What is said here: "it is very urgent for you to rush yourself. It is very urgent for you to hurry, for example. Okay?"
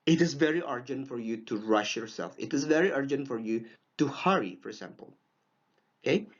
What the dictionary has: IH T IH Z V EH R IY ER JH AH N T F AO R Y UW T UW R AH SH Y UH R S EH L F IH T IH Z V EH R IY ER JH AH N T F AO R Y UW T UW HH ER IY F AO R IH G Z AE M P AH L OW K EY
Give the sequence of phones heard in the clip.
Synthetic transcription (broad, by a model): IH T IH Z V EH R IY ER JH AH N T F AO R Y UW T UW R AH SH Y UH R S EH L F IH T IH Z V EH R IY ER JH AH N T F AO R Y UW T UW HH ER IY F AO R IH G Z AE M P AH L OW K EY